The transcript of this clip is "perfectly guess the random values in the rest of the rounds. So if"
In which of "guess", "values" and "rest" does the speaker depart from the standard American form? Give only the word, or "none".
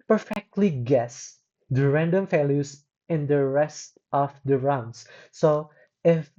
values